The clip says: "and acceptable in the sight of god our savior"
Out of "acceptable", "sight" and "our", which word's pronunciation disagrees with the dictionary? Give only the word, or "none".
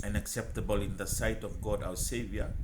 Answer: our